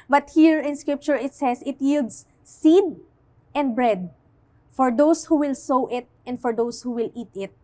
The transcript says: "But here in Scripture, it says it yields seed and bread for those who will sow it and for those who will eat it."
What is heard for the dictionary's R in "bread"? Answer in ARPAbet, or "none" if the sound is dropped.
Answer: R